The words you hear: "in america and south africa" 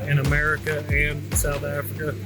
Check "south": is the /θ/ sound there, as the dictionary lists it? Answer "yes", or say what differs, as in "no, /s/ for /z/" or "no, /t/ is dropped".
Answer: yes